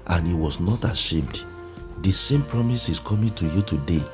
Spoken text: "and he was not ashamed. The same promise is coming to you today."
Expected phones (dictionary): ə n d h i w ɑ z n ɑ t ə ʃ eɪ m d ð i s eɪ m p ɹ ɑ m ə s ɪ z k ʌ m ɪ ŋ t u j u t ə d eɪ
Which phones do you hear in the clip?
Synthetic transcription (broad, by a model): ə n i w ɑ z n ɑ t ə ʃ eɪ m d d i s eɪ m p ɹ ɑ m ə s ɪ s k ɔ m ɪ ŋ t u j u t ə d eɪ